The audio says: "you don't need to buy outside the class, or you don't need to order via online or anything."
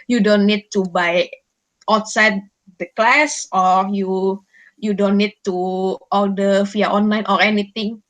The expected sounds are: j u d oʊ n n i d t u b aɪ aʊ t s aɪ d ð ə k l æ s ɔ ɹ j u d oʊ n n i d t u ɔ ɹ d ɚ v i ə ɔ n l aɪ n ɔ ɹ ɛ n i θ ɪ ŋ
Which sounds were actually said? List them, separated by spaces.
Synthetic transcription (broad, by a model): j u d oʊ n n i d t u b aɪ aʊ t s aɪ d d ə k l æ s ɔ ɹ j u d oʊ n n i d t u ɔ l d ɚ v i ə ɔ n l aɪ n ɔ ɹ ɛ n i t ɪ ŋ